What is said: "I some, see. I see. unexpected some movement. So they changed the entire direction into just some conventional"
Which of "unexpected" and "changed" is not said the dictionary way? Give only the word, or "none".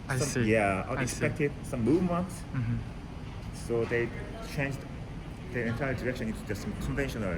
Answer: unexpected